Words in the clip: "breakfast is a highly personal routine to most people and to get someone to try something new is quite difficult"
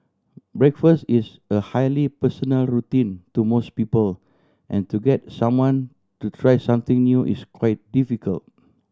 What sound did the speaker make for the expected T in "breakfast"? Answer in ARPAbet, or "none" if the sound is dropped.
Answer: T